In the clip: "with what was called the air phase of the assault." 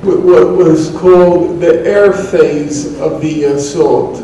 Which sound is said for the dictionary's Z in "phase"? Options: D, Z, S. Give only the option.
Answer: Z